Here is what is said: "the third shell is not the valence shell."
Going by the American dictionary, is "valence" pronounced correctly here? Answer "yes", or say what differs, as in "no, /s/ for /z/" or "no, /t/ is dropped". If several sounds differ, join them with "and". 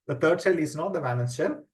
no, /n/ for /l/ and /n/ is dropped